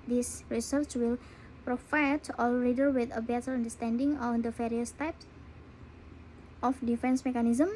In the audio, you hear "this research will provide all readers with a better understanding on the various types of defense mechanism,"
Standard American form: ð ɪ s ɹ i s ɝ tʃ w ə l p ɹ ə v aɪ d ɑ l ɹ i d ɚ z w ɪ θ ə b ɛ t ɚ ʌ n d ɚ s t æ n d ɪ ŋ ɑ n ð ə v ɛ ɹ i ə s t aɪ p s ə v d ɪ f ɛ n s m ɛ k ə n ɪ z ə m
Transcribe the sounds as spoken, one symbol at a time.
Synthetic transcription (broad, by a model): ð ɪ s ɹ i s ɝ tʃ w ə l p ɹ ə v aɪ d ɑ l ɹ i d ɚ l w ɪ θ ə b ɛ t ɚ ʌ n d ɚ s t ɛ n d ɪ ŋ ɑ n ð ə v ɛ ɹ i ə s t aɪ p s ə f d ɪ f ɛ n s m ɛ k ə n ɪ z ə m